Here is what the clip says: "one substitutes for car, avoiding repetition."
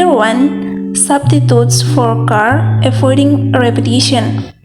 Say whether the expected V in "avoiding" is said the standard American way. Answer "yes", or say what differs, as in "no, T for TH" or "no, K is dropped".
no, F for V